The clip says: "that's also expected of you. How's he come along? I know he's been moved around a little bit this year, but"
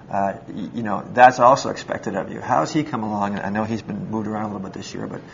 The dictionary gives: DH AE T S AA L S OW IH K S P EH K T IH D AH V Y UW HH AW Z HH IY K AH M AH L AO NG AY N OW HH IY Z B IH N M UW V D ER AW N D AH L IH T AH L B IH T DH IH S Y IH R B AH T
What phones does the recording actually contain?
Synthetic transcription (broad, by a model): DH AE T S AA L S OW IH K S P EH K T IH D AH V Y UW HH AW Z IY K AH M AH L AO NG AY N OW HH IY Z B IH N M UW V D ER AW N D AH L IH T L B IH T DH IH S Y IH R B AH T